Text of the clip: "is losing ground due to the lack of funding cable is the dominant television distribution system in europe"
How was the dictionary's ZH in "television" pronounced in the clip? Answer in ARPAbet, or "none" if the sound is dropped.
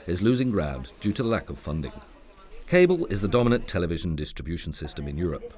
ZH